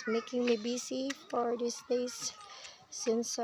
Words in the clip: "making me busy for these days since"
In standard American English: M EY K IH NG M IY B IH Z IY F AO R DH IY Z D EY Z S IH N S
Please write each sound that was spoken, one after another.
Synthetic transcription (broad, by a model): M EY K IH NG M IY B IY S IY F AO R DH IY S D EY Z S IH N S